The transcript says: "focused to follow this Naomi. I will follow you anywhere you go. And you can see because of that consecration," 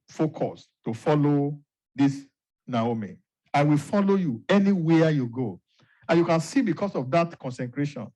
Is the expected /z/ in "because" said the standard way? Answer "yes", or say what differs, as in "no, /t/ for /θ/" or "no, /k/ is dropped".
no, /s/ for /z/